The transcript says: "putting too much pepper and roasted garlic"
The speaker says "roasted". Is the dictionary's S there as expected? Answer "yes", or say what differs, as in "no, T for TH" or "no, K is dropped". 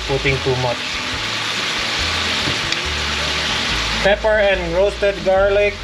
no, S is dropped